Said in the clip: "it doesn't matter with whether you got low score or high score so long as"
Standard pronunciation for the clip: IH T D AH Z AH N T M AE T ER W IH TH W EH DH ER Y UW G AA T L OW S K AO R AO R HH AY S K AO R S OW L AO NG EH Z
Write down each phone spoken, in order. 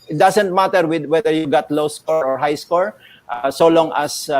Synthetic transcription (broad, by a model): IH T D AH S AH N T M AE T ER W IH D W EH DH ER Y UW G AA T L OW S K AO R AO R HH AY S K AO R S OW L AO NG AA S